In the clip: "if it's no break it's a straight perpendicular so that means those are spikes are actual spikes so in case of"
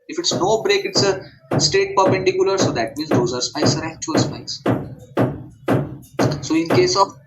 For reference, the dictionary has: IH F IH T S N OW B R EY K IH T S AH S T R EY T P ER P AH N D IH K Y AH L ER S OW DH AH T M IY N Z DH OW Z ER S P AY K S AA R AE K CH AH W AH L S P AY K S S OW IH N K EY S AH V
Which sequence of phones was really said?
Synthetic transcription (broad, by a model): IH F IH T S N OW B R EY K IH T S AH S T EY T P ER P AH N D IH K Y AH L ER S OW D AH T M IY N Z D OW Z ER S P AY S AA R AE K CH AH AH L S P AY S S OW IH N K EY S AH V